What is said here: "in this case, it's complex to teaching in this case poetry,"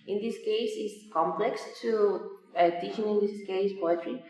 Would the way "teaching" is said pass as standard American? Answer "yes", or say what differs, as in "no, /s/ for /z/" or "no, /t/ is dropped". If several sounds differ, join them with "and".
no, /ʃ/ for /tʃ/